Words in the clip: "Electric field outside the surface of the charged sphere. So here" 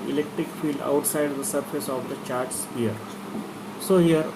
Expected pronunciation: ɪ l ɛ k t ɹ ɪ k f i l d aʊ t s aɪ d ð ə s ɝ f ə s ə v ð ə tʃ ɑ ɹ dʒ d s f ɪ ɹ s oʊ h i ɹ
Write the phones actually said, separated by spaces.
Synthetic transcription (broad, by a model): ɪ l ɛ k t ɹ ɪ k f i l d aʊ t s aɪ d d ə s ɝ f ə s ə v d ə tʃ ɑ ɹ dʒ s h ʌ ɹ s oʊ h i ɹ